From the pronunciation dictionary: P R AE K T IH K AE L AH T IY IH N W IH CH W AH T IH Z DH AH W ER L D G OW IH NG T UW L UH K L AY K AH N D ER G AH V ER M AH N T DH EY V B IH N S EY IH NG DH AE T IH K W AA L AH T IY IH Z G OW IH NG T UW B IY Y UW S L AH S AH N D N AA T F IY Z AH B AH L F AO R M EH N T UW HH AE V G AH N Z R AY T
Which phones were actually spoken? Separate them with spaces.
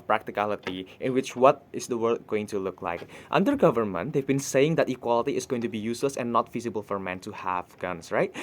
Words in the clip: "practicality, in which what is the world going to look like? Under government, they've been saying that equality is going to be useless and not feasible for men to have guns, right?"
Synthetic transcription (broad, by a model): P R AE K T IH K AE L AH T IY IH N W IH CH W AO T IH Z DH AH W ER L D G OW IH NG T UW L UH K L AY K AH N D ER G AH V ER M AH N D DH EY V B IH N S EY IH NG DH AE T IH K W AA L AH T IY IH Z G OW IH NG T UW B IY Y UW S L AH S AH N N AA T F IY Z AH B AH L F AO R M EH N T UW HH AE V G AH N S R AY T